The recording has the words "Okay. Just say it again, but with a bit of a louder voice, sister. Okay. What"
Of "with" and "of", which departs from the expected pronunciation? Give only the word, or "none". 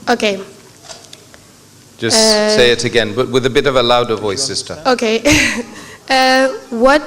none